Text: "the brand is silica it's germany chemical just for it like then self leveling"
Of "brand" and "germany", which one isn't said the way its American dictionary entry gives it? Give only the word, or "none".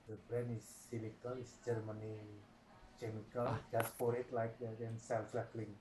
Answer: brand